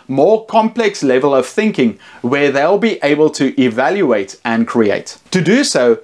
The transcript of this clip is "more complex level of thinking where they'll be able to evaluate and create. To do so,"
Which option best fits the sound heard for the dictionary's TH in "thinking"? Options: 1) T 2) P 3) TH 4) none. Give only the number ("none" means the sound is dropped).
3